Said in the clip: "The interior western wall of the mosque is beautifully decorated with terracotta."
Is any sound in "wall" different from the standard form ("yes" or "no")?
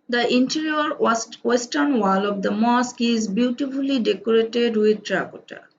no